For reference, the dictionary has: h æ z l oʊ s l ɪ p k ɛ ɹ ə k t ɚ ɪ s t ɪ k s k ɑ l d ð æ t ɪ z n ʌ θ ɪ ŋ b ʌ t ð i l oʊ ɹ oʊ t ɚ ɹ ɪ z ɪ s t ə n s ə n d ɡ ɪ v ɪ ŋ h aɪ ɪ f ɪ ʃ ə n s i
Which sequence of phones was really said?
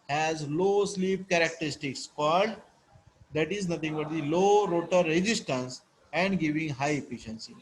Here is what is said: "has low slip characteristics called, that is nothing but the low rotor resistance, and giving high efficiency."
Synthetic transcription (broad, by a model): h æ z l oʊ s l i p k ɛ ɹ ə k t ɚ ɪ s t ɪ k s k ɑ d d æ t ɪ z n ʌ t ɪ ŋ b ʌ t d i l oʊ ɹ oʊ t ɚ ɹ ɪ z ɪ s t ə n s ə n d ɡ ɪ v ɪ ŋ h aɪ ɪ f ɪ ʃ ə n s i